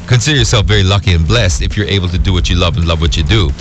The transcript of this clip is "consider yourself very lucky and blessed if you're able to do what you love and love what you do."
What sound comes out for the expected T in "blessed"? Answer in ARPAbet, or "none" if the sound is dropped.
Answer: T